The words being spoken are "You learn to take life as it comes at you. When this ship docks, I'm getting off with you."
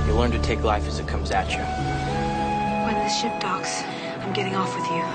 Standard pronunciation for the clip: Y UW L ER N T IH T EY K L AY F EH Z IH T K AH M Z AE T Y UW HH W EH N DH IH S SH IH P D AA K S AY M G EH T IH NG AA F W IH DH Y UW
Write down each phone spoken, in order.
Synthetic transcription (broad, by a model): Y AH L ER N T IH T EY K L AY F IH Z IH T K AH M Z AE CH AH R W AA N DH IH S SH IH P D AA K S AY M G EH T IH NG AA F W IH DH Y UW